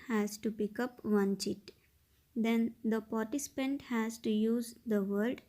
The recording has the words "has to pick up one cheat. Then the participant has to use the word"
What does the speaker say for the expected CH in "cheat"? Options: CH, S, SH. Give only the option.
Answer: CH